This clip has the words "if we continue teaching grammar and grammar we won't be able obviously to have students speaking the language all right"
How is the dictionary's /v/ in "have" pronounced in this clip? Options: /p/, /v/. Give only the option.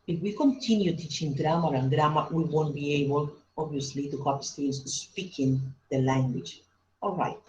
/p/